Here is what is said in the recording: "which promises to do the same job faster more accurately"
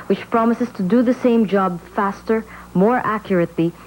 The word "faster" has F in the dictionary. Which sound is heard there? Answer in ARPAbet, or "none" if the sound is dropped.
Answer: F